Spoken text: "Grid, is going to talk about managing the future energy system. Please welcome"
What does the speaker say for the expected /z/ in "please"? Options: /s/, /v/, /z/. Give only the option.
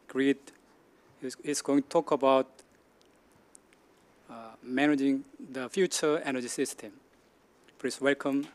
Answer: /s/